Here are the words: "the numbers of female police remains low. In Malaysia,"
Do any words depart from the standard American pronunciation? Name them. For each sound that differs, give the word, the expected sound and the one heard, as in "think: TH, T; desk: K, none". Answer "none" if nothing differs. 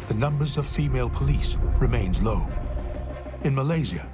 none